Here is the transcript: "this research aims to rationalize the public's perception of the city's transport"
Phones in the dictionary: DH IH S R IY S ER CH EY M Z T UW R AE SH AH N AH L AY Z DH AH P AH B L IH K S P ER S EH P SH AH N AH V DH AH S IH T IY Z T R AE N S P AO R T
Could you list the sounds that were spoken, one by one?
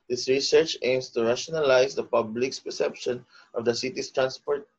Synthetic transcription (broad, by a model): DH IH S R IY S ER CH EY M S T UW R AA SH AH N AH L AY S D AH P AH B L IH K S P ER S EH P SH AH N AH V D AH S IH T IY S T R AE N S P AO R T